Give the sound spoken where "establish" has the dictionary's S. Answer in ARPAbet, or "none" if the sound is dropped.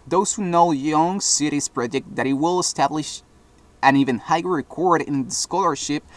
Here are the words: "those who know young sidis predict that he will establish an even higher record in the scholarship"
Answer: S